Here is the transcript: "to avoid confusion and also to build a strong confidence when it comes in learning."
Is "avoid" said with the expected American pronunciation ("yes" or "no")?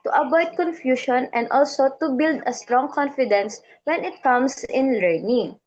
no